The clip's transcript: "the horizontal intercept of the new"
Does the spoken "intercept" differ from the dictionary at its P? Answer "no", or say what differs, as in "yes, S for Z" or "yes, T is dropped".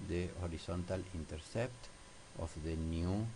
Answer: no